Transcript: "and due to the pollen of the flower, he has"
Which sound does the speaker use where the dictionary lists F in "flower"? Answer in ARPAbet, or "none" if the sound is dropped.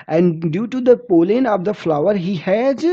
F